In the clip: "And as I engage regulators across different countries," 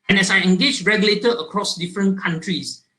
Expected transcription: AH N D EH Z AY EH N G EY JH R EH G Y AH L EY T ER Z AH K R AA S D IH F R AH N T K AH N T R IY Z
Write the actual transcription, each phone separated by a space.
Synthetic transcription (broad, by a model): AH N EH S AY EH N G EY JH R EH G Y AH L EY T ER AH K R AA S D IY F R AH N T K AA N T R IY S